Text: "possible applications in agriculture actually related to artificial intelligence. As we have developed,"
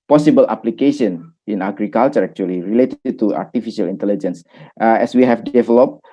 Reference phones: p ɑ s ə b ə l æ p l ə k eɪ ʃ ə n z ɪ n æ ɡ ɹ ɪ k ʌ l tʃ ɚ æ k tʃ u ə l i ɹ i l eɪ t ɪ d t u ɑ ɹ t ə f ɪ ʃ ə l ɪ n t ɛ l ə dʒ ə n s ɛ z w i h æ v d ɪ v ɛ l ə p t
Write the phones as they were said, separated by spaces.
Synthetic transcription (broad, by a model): p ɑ s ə b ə l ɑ p l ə k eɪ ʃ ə n ɪ n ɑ ɡ ɹ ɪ k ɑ l tʃ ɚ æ k tʃ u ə l i ɹ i l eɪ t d t u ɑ ɹ t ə f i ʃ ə l ɪ n t ɛ l ə dʒ ə n s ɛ s w i h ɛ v d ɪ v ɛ l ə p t